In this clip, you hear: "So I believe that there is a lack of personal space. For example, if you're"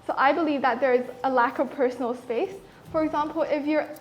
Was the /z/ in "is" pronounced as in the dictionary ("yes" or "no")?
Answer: yes